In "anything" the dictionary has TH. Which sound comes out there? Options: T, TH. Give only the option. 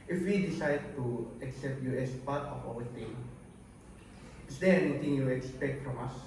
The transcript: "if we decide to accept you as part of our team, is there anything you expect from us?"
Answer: T